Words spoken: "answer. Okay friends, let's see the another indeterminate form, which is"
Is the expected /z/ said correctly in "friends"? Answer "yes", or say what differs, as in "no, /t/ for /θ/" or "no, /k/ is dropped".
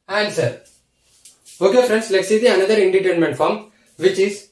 no, /s/ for /z/